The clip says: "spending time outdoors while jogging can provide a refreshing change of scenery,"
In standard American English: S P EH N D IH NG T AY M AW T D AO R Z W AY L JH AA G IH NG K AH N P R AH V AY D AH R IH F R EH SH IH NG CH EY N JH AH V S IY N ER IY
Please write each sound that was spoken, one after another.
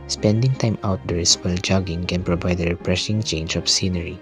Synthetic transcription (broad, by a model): S P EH N D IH NG T AY M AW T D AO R S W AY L JH AA G IH NG K AH N P R AH V AY D AH R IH P R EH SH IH NG CH EY N JH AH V S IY N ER IY